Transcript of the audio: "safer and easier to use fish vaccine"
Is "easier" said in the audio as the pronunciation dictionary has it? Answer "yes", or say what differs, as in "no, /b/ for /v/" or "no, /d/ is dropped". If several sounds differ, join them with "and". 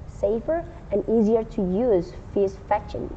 yes